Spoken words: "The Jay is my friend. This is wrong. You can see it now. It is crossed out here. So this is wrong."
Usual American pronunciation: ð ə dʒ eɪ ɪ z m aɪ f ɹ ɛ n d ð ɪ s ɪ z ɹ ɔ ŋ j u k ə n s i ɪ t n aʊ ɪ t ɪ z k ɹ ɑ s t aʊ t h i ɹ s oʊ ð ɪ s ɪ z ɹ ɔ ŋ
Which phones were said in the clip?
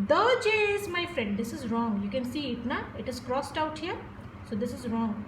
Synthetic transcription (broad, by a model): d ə dʒ eɪ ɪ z m aɪ f ɹ ɛ n d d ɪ s ɪ z ɹ ɔ ŋ j u k ə n s i ɪ t n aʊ ɪ t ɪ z k ɹ ɑ s t aʊ t h i ɹ s oʊ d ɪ s ɪ z ɹ ɔ ŋ